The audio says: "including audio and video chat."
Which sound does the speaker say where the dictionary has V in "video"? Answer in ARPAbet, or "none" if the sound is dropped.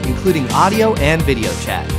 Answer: V